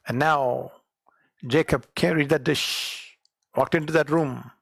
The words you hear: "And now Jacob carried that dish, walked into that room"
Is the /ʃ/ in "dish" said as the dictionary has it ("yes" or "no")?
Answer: yes